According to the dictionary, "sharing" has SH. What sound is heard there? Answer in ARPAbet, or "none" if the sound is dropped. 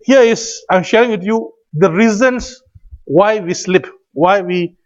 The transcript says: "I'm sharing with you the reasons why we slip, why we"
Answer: SH